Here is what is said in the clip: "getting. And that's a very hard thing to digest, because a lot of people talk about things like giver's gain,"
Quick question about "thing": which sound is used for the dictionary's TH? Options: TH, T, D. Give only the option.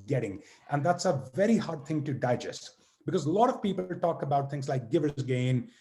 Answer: TH